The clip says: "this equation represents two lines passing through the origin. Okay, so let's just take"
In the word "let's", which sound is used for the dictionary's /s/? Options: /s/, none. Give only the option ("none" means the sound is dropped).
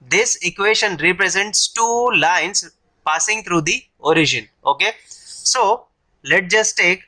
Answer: none